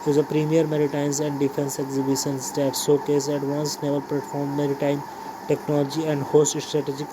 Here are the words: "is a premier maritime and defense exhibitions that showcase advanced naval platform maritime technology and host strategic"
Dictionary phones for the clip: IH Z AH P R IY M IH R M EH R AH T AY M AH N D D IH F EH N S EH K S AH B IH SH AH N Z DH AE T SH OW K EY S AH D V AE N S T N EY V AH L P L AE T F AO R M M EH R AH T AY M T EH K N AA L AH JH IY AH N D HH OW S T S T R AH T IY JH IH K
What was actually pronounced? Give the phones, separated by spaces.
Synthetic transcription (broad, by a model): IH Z AH P R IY M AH R M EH R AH T AY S AH N D D IH F EH N S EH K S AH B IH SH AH N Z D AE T S OW K EY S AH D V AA N S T N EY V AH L P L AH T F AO R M M EH R AH T AY M T EH K N AA L AH JH IY AH N D HH OW S T S T R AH T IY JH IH K